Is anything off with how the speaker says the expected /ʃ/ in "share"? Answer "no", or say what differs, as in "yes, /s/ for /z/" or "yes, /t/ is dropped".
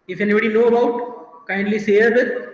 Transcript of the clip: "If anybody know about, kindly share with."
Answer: yes, /s/ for /ʃ/